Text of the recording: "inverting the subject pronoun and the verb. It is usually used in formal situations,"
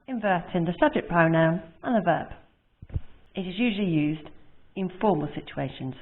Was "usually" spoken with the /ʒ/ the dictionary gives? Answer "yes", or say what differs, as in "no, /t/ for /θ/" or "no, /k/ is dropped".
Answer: yes